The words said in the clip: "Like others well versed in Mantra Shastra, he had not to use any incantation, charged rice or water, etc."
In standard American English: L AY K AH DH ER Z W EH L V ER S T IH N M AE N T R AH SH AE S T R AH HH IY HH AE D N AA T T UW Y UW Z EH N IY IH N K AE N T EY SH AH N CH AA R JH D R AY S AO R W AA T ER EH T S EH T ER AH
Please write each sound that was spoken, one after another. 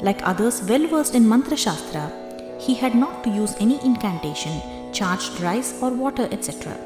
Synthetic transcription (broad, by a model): L AY K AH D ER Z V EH L V ER S T IH N M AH N T R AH SH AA S T R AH HH IY HH AE D N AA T T UW Y UW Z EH N IY IH N K AE N T EY SH AH N CH AA R JH D R AY S AO R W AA T ER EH T S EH T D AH